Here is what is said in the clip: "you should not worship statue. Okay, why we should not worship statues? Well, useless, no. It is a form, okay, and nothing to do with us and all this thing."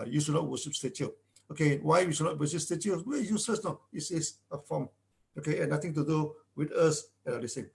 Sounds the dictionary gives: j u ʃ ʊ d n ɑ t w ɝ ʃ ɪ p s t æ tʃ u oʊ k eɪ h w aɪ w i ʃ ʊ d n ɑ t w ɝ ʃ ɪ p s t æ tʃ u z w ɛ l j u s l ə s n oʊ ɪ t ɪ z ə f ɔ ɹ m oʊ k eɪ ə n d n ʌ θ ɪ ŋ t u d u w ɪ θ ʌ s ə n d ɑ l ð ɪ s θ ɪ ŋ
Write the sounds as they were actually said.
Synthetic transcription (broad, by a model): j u ʃ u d n ɑ t w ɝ ʃ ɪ p s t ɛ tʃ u oʊ k eɪ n w aɪ w i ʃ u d n ɑ t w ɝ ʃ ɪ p s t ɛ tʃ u w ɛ j u s l ə s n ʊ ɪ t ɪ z ə f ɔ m oʊ k eɪ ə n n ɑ t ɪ ŋ t u d u w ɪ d ʌ s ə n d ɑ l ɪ s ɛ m